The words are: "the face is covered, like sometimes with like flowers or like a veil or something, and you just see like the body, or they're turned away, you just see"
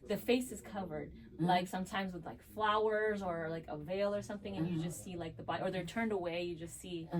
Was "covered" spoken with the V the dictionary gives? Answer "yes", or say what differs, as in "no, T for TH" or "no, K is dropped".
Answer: yes